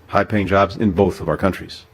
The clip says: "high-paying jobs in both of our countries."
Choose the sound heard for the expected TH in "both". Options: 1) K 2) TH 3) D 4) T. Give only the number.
2